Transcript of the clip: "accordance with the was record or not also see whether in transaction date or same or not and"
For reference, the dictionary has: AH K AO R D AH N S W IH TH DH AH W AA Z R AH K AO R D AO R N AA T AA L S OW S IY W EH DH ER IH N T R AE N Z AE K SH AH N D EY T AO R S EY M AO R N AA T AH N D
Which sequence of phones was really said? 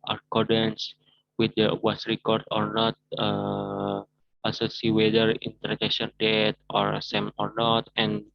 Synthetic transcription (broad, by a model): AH K AO R D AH N S W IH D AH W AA S R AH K AO R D AO R N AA T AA S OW S IY W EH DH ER IH N T AE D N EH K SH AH N D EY T AO R S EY M AO R N AA T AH N